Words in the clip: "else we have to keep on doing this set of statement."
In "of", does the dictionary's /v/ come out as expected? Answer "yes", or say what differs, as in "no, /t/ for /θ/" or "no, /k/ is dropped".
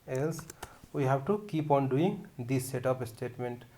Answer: no, /p/ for /v/